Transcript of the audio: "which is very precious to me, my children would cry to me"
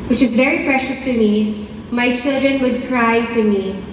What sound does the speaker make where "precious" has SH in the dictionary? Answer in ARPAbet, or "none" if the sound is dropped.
SH